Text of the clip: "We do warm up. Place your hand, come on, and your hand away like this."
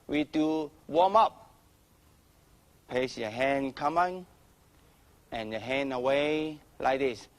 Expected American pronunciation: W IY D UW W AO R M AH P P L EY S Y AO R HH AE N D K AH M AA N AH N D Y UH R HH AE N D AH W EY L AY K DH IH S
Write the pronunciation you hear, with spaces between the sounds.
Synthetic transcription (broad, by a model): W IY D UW W AO M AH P P EY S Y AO HH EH N K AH M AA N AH N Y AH HH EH N AH W EY L AY K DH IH S